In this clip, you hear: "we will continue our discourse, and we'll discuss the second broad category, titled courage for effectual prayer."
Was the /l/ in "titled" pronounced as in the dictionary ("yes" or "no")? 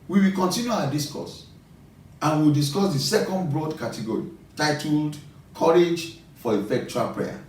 yes